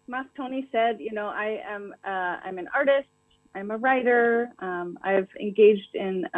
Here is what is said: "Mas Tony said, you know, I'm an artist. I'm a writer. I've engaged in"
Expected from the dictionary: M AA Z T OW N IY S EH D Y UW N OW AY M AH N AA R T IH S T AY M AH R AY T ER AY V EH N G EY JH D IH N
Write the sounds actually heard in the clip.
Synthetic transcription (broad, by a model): M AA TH T OW N IY S EH D Y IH N OW AY M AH N AA R T IH S T AY M AH R AY T ER AY V EH N G EY JH D IH N